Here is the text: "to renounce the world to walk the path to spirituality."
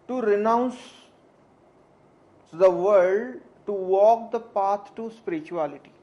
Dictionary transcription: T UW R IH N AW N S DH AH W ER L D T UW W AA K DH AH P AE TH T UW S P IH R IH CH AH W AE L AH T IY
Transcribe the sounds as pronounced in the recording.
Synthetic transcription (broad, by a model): T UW R IH N AW N S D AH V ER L D T UW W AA K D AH P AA T T UW S P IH R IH CH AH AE L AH T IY